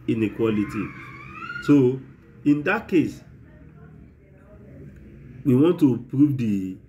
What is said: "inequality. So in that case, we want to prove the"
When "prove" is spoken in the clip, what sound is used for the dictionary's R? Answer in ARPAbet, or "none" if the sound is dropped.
R